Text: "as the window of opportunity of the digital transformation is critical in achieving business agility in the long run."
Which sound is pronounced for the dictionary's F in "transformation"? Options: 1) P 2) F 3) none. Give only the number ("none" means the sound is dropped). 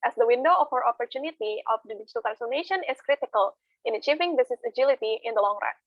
3